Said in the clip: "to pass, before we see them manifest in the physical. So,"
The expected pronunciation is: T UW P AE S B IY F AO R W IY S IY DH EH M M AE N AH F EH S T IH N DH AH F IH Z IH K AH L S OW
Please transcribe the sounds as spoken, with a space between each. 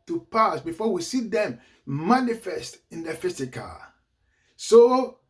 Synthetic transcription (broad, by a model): T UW P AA S B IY F AO W IY S IY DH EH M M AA N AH F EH S T IH N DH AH F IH S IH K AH S OW